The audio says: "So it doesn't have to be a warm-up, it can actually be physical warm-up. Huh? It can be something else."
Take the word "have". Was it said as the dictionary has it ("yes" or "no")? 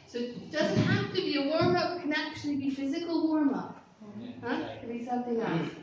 no